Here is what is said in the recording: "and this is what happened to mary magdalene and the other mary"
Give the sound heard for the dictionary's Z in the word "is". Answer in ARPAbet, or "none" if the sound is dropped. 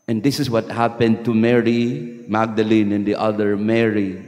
S